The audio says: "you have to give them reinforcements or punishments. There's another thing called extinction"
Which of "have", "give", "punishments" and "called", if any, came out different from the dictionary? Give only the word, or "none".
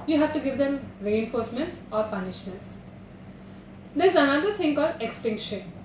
called